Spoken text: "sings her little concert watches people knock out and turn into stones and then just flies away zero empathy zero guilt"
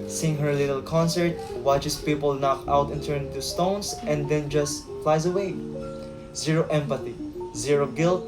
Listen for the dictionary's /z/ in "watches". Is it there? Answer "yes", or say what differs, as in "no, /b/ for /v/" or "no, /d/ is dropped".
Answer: no, /s/ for /z/